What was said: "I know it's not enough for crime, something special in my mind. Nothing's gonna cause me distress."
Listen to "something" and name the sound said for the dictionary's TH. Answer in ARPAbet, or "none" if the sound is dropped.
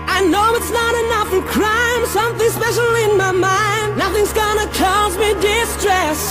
TH